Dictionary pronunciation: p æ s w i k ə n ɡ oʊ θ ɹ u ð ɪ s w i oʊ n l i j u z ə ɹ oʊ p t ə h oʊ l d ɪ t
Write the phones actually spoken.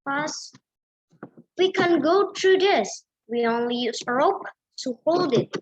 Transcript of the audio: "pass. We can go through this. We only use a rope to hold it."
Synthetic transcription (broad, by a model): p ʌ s w i k ə n ɡ oʊ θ ɹ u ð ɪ s w i oʊ n l i j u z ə ɹ oʊ p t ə h oʊ l d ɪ t